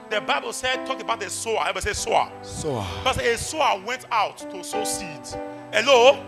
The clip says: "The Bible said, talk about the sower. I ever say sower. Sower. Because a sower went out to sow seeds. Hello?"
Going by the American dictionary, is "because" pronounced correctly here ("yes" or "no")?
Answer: no